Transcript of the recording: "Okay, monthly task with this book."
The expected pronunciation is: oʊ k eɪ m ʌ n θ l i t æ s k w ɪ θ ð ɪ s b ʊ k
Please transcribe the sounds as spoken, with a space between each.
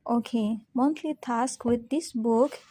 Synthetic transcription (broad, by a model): oʊ k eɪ m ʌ n t l i t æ s k w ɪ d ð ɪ s b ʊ k